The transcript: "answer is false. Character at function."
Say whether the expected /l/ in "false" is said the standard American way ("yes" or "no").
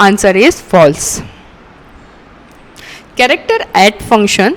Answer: yes